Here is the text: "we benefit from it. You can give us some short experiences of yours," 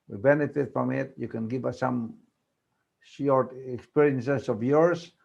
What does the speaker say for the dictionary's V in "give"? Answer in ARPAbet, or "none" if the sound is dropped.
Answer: B